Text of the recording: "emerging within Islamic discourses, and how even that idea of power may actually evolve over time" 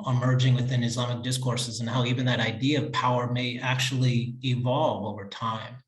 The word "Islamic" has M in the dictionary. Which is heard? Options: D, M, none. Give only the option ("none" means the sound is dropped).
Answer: M